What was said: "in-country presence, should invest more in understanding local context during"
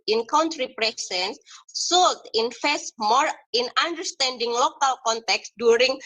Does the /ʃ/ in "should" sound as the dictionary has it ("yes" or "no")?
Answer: no